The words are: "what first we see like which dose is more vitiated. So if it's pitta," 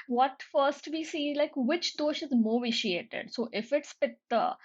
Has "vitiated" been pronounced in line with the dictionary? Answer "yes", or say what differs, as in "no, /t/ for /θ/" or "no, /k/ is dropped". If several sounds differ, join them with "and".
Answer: yes